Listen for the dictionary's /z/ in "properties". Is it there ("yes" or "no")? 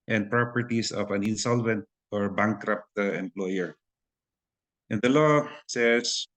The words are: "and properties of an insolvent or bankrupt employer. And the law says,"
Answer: no